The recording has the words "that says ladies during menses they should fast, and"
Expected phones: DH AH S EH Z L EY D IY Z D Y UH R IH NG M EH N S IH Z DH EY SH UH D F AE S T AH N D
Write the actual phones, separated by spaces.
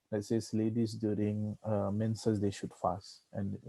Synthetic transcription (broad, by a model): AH S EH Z L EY D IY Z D Y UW R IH NG M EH N S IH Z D EY SH UH D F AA S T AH N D